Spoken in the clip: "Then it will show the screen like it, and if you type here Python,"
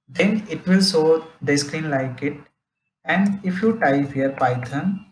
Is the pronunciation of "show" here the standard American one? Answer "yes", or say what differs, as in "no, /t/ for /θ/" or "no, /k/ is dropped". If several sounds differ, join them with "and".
no, /s/ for /ʃ/